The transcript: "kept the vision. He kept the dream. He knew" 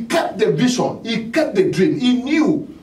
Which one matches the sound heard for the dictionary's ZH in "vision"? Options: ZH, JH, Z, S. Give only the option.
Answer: S